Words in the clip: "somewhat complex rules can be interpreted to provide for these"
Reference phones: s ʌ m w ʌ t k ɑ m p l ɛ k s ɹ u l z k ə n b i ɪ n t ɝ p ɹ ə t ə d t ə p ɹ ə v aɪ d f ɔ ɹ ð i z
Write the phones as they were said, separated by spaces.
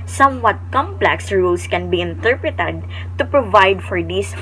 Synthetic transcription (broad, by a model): s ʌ m w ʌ t k ɑ m p l ɛ k s ɹ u l s k ə n b i ɪ n t ɝ p ɹ ə t ə d t ə p ɹ ə v aɪ d f ɔ ɹ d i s